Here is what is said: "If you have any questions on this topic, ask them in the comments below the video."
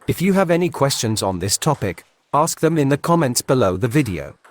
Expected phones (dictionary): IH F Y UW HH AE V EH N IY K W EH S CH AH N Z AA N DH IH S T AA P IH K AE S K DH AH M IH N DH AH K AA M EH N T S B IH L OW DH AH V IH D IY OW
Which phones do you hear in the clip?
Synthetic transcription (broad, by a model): IH F Y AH V EH N IY K W EH S CH AH N Z N DH IH S T AA P IH K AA S K DH AH M IH N DH AH K AA M EH N T S B IH L OW DH AH V IH D IY OW